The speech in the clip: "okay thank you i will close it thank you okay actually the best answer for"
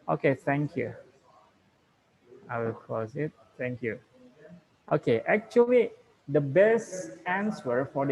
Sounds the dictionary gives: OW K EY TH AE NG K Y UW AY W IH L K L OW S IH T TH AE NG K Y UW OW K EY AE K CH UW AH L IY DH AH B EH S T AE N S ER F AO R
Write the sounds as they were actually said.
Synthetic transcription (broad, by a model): OW K EY T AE NG K Y UW AY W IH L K OW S IH T T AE NG K Y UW OW K EY AE K CH UW AH L IY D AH B EH S T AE N S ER F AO R